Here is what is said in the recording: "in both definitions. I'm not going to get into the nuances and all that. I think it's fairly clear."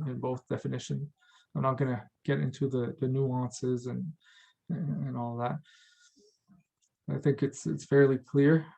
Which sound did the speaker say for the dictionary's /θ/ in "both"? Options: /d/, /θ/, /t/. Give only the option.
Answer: /θ/